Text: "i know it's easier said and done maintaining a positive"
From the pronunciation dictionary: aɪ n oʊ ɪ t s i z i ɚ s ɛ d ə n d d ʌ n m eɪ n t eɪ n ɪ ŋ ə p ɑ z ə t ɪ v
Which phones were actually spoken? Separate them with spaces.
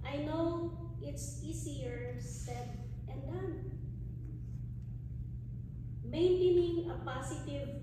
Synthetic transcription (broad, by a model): aɪ n oʊ ɪ t s i s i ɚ s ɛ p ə n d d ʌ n m eɪ n t eɪ n ɪ ŋ ə p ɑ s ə t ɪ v